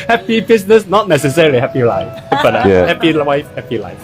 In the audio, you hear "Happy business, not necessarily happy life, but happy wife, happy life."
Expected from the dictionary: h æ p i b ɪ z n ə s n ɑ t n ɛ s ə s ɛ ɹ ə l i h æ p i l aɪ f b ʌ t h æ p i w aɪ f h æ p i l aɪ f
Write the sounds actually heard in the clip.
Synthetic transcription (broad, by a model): h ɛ p i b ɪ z n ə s n ɑ t n ɛ s ə s ɛ ɹ ə l i h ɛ p i l aɪ f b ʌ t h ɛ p i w aɪ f h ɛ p i l aɪ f